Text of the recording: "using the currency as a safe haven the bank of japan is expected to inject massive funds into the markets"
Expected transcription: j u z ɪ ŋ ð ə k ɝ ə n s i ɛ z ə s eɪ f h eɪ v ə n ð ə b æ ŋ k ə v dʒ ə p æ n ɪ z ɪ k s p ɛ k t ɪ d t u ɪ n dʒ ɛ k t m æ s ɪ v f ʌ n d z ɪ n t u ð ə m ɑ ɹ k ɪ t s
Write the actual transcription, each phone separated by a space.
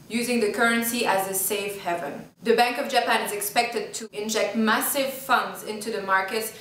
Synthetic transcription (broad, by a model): j u z ɪ ŋ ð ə k ɝ ə n s i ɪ z ə s eɪ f h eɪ v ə n ð ə b æ ŋ k ə v dʒ ə p æ n ɪ z ɪ k s p ɛ k t ɪ d t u ɪ n dʒ ɛ k t m æ s ɪ v f ʌ n d z ɪ n t u ð ə m ɑ ɹ k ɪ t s